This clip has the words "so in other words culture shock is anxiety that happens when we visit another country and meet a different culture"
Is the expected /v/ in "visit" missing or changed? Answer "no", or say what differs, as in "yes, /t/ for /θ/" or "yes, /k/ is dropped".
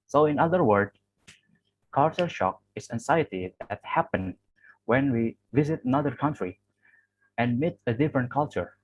no